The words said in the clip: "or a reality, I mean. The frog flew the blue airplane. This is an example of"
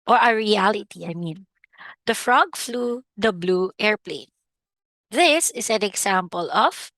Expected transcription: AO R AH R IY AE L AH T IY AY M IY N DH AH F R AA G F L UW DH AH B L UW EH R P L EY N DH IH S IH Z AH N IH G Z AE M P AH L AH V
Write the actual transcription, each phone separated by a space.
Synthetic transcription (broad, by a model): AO R AH R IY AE L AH T IY AY M IY N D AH F R AA G F L UW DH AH B L UW EH R P L EY N DH IH S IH S AH N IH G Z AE M P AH L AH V